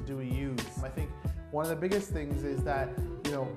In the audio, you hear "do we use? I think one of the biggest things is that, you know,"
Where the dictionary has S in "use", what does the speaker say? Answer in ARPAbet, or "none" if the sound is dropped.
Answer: none